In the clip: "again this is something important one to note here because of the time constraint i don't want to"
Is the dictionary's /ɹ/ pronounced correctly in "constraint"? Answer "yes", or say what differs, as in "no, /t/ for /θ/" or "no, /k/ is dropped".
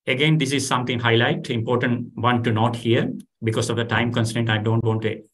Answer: no, /ɹ/ is dropped